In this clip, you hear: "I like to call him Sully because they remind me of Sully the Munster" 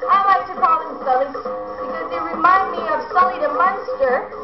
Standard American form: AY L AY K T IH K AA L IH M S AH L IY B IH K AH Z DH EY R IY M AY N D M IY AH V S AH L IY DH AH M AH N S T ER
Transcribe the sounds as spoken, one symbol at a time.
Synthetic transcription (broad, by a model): AY L AY K T IH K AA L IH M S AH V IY B IH K AH Z DH EY R IY M AY N D M IY AH V S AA L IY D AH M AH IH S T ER